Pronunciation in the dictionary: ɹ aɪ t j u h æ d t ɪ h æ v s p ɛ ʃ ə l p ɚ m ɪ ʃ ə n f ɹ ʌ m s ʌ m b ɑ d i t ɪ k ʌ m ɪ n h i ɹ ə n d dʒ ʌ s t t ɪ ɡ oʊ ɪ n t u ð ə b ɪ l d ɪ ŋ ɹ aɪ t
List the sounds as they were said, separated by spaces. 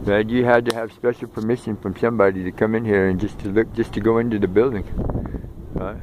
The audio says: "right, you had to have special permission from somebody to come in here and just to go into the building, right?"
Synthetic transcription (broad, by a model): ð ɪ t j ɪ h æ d t ɪ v s p ɛ ʃ l p ɚ m ɪ ʃ ə n f ɹ ʌ m s ʌ m b ɑ d i t ɪ k ʌ m ɪ n h i ɹ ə n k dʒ ʌ s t t ɪ ɡ oʊ ɪ n t u ð ə b ɪ l d ɪ ŋ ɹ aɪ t